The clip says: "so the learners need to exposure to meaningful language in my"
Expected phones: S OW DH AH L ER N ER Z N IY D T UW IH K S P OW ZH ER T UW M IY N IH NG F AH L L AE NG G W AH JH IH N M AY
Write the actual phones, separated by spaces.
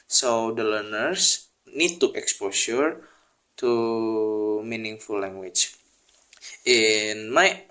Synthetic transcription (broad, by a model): S OW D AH L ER N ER S N IY D T UW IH K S P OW S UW T UW M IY N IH NG F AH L L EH NG G W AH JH IH N M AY